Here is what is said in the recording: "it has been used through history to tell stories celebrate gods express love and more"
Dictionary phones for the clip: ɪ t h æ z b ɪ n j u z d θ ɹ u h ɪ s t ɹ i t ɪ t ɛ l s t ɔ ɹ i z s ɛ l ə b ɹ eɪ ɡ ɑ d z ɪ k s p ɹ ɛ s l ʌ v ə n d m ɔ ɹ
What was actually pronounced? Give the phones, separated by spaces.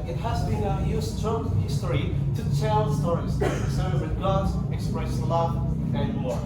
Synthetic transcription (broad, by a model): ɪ t h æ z b ɪ n j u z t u h ɪ s t ɹ i t ɪ t ɛ l s t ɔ ɹ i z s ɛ ə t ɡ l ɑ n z ɪ k s p ɹ ɛ s l ʌ v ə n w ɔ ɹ